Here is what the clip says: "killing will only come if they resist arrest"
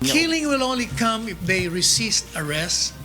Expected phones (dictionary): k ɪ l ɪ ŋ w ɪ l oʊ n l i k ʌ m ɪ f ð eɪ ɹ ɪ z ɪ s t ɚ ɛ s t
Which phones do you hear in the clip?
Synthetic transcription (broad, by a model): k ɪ l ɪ ŋ w ɪ l oʊ n l i k ʌ m ɪ f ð eɪ ɹ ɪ s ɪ s t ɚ ɛ s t